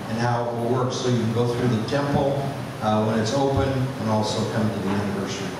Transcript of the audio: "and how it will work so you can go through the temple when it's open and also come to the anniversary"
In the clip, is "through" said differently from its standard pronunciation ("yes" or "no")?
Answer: no